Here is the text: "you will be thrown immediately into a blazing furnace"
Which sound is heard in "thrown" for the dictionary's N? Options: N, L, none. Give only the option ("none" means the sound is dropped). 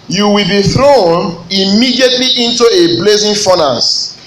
N